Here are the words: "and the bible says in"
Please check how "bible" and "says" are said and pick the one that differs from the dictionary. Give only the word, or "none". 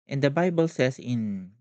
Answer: says